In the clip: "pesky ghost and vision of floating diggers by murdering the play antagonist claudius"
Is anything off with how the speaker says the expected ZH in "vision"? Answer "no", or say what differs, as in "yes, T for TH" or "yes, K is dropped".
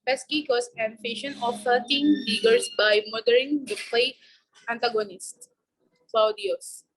yes, SH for ZH